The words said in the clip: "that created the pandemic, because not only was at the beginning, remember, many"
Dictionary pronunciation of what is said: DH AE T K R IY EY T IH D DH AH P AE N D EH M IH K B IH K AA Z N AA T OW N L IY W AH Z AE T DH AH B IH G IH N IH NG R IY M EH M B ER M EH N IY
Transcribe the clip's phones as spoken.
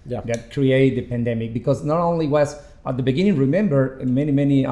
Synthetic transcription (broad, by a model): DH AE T K R IY EY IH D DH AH P AE N D EH M IH K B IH K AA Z N AA T OW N L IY W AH S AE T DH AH B IH G IH N IH NG R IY M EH M B ER M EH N IY